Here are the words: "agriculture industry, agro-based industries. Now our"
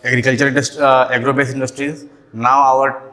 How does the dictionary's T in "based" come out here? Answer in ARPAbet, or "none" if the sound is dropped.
none